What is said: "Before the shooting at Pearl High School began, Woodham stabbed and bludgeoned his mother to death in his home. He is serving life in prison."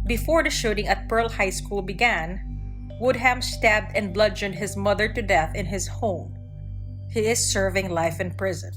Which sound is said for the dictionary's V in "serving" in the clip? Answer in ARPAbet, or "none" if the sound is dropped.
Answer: V